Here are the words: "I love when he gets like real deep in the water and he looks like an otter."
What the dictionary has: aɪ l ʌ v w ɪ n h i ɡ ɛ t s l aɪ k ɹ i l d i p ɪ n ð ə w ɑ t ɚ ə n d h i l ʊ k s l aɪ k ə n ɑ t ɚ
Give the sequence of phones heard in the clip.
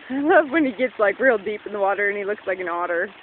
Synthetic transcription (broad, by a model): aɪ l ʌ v w ɪ n i ɡ ɛ t s l aɪ k ɹ i l d i p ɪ n ð ə w ɑ t ɚ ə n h i l ʊ k s l aɪ k ə n ɑ t ɚ